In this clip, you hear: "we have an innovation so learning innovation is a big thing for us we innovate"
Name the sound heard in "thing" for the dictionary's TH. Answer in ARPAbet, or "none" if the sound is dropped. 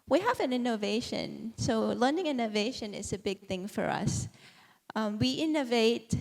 TH